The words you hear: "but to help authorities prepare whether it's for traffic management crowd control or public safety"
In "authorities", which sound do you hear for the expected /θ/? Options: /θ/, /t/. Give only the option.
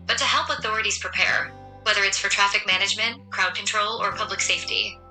/θ/